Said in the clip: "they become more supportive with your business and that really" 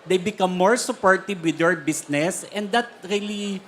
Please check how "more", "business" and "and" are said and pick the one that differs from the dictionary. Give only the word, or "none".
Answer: business